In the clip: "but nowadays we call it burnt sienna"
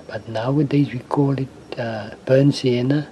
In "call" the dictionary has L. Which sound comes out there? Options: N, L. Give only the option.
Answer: L